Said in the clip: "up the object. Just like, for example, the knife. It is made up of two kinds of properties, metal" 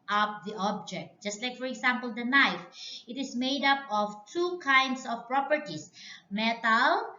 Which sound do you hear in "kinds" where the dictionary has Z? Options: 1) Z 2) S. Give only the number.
2